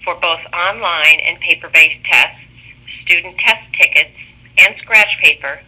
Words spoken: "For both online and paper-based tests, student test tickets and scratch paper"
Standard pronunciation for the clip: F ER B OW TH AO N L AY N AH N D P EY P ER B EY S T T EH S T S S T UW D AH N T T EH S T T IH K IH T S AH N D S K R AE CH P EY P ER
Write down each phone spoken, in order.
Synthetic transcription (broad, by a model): F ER B OW TH AO N L AY N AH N P EY P ER B EY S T T EH S T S S T UW D N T T EH S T T IH K IH T S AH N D S K R AE CH P EY P ER